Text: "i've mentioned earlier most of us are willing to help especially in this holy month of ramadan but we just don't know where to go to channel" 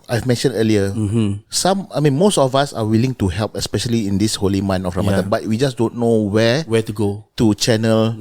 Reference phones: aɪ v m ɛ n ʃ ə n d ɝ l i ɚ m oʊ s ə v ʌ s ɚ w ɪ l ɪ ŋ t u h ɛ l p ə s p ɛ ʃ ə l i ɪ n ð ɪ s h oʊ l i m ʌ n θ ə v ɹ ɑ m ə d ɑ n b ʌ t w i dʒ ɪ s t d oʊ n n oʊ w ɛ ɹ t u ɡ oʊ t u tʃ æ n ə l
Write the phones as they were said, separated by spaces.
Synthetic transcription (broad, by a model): aɪ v m ɛ n ʃ ə n d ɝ l i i m oʊ s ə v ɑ s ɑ w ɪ l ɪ ŋ t u h ɛ l p ə s p ɛ ʃ ə l i ɪ n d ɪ s h oʊ l i m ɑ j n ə f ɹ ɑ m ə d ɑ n b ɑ t w i dʒ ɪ s d oʊ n n oʊ w ɛ w t u ɡ oʊ t u tʃ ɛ n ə l